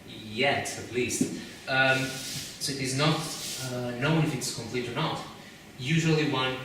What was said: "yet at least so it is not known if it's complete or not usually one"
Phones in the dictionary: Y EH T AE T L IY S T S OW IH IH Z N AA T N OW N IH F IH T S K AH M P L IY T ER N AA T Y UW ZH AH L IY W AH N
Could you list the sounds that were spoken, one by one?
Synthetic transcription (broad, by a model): Y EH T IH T L IY S T S OW IH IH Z N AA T N OW N IH F IH T S K AH M P L IY T ER N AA T Y UW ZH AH L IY W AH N